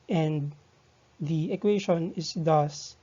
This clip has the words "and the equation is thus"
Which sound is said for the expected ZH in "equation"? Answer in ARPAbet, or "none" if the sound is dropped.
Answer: SH